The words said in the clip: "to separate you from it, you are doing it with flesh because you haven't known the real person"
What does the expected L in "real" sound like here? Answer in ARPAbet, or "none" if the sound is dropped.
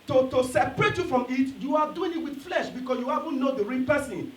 N